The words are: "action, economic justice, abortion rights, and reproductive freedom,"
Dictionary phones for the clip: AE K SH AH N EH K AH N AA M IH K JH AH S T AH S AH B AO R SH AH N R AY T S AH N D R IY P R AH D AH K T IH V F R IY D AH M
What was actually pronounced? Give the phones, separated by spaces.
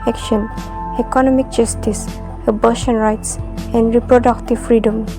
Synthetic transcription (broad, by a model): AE K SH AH N EH K AH N AA M IH K JH AH S T AH S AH B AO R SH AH N R AY T S AH N D R IY P R AH D AH K T IH V F R IY D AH M